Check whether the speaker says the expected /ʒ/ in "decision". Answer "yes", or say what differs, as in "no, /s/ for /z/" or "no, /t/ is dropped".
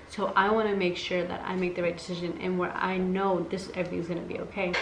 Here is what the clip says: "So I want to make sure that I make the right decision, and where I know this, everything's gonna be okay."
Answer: yes